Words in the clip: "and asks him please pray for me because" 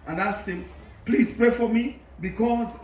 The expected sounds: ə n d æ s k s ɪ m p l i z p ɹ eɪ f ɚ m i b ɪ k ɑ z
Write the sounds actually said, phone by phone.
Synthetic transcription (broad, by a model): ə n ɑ s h ɪ m p l i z p ɹ eɪ f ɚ m i b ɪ k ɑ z